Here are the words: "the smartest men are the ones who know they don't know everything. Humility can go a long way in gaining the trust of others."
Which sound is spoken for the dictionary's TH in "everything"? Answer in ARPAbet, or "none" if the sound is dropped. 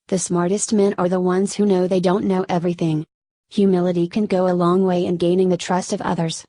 TH